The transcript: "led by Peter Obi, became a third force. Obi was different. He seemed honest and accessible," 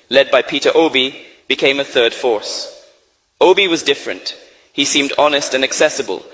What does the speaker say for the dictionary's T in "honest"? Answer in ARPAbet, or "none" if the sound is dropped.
T